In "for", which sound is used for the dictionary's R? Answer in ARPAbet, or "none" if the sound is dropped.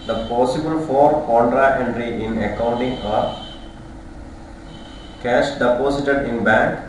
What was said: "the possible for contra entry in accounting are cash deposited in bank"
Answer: R